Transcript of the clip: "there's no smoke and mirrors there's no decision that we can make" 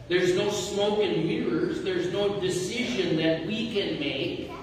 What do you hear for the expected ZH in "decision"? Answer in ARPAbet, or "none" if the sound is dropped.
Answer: ZH